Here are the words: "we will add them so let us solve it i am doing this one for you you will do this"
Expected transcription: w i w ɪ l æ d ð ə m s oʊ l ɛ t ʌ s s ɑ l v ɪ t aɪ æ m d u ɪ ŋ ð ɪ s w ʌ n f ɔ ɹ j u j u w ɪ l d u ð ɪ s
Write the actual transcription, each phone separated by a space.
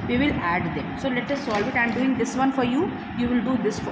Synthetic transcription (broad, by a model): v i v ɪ l æ d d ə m s oʊ l ɛ t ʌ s s ɑ l v ɪ t aɪ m d u ɪ ŋ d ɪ s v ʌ n f ɔ ɹ j u j u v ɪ l d u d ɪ s